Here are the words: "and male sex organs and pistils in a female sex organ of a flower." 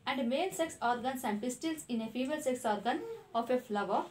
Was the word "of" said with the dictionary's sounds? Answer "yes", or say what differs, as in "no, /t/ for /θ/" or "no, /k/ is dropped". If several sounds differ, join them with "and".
no, /f/ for /v/